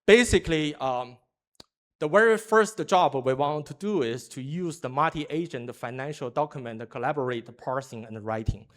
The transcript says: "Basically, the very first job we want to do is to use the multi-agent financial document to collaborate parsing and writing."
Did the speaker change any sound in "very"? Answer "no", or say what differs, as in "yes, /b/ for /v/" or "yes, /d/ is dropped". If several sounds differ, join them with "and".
yes, /w/ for /v/